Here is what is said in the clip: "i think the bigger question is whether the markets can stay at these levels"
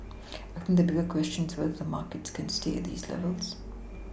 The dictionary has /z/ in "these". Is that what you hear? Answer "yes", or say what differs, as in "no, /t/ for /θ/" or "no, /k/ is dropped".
yes